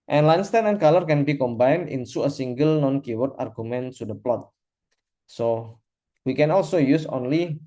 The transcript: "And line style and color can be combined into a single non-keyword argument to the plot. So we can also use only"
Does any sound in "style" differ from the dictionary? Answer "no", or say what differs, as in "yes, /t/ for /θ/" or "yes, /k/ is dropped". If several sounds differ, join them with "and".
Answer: yes, /n/ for /l/